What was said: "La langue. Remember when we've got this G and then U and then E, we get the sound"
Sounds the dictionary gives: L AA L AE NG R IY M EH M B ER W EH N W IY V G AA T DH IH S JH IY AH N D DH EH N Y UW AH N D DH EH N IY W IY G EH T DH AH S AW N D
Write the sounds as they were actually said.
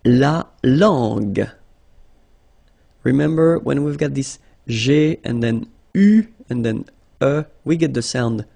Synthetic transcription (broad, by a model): L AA L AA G R IY M EH M B ER W EH N W IY V G AA T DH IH S ZH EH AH N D DH EH N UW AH N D DH EH N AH W IY G EH T DH AH S AW N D